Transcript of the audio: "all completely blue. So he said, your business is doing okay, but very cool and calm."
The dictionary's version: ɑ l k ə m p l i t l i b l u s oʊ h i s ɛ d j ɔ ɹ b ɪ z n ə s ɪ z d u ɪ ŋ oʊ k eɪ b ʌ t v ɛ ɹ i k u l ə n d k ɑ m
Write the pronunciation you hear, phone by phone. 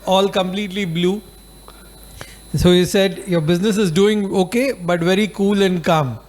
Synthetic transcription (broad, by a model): ɑ l k ə m p l i t l i b l u s oʊ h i s ɛ d j ɔ ɹ b ɪ z n ə s ɪ z d u ɪ ŋ oʊ k eɪ b ʌ t v ɛ ɹ i k u l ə n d k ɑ m